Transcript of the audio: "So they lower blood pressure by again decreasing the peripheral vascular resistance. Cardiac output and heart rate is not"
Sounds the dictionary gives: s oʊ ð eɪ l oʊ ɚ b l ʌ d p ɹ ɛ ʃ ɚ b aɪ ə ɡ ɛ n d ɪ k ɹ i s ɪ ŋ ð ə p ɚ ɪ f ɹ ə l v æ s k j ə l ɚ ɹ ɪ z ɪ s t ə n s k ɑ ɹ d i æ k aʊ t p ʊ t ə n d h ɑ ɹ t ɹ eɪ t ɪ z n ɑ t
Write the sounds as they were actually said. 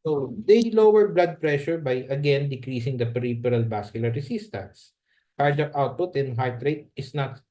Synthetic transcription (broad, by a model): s oʊ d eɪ l oʊ ɚ b l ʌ d p ɹ ɛ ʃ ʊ b aɪ ə ɡ ɛ n d ɪ k ɹ i s ɪ ŋ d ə p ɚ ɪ p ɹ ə l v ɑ s k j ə l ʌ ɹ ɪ s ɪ s t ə n s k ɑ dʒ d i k aʊ t p ʊ t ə n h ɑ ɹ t ɹ eɪ t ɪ s n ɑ t